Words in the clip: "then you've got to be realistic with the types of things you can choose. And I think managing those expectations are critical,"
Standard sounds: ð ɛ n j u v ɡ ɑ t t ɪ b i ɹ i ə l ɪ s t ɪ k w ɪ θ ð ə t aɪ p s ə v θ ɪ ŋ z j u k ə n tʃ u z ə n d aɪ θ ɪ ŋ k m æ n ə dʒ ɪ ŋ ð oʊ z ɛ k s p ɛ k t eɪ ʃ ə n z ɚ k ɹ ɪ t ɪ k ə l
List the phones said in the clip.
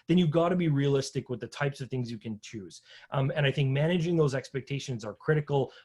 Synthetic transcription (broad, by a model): ð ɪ n j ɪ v ɡ ɑ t t ɪ b i ɹ i ə l ɪ s t ɪ k w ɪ ð ə t aɪ p s ə v θ ɪ ŋ z j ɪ k ə n tʃ u z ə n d aɪ θ ɪ ŋ k m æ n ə dʒ ɪ ŋ ð oʊ z ɛ k s p ɛ k t eɪ ʃ ə n z ɚ k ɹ ɪ t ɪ k l